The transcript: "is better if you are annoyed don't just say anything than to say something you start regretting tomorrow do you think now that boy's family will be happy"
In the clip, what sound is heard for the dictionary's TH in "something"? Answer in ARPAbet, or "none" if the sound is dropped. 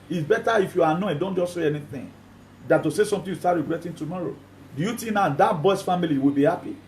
T